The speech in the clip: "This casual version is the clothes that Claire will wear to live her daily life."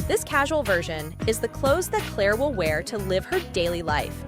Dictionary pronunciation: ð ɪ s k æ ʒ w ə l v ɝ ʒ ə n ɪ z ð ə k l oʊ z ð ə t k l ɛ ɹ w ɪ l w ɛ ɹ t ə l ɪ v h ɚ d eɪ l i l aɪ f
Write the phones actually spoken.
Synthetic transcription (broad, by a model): ð ɪ s k æ ʒ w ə l v ɝ ʒ ə n ɪ z ð ə k l oʊ z ð ə t k l ɛ ɹ w ɪ l w ɛ ɹ t ə l ɪ v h ɚ d eɪ l i l aɪ f